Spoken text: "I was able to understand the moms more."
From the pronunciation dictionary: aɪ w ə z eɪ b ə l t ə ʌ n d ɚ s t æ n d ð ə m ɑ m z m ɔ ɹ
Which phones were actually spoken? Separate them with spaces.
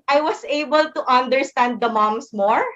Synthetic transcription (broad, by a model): aɪ w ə s eɪ b ə l t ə ʌ n d ɚ s t æ n d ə m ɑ m s m ɔ ɹ